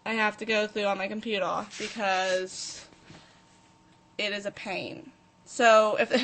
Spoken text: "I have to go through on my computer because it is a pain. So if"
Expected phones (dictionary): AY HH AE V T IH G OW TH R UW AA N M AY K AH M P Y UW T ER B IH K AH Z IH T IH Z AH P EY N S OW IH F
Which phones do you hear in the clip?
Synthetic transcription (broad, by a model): AY HH AE F T IH G OW TH R UW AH N M AY K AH M P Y UW T ER B IH K AH Z IH T IH Z AH P EY N S OW IH F